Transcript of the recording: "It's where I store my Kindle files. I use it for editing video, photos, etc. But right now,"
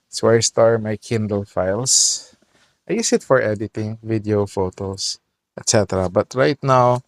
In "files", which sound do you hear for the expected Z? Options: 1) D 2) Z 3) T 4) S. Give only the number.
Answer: 4